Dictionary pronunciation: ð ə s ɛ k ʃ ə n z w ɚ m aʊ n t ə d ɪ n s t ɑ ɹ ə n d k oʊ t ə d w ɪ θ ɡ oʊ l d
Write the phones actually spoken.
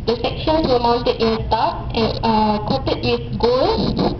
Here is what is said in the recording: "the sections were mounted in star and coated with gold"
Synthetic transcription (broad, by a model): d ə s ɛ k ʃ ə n s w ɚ m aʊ n t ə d ɪ n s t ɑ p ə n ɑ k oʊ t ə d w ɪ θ ɡ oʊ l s